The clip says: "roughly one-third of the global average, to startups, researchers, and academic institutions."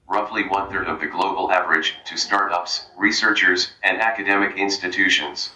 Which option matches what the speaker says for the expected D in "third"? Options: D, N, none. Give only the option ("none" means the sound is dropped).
D